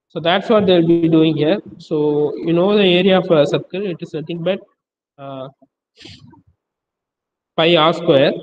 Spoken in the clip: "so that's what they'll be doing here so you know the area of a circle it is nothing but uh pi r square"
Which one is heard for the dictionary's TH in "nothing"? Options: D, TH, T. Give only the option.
T